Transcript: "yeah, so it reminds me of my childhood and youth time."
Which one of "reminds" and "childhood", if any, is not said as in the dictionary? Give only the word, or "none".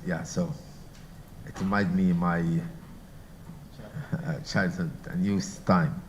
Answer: reminds